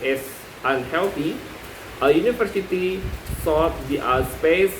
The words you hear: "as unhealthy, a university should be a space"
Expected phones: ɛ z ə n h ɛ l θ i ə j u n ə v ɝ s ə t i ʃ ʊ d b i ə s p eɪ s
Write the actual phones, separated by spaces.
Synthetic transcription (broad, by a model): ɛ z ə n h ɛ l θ i ə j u n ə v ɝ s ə t i s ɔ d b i ə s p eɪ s